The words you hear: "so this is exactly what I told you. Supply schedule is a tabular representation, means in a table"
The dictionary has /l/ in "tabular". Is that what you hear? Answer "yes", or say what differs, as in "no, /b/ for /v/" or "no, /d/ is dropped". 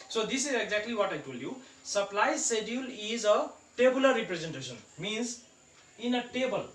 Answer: no, /l/ is dropped